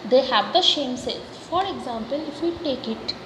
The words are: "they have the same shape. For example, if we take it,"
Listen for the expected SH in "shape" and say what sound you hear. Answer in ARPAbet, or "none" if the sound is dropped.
S